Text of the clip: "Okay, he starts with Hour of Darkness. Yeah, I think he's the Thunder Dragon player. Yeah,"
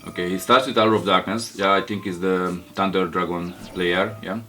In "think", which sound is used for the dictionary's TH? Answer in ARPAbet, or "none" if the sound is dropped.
T